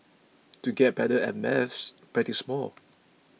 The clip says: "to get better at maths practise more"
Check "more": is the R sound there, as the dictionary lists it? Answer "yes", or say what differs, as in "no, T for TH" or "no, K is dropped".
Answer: no, L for R